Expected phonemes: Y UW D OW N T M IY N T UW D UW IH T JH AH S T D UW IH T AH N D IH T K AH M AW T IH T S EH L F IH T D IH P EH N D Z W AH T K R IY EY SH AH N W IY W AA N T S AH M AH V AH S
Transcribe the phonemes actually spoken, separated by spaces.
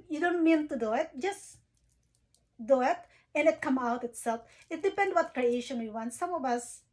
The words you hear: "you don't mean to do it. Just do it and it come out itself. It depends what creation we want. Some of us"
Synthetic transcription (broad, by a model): Y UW D OW N T M IY N T UW D UW IH T JH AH S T D UW IH T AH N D IH T K AH M AW T IH T S EH L F IH T D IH P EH N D W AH T K R IY EY SH AH N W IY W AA N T S AH M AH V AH S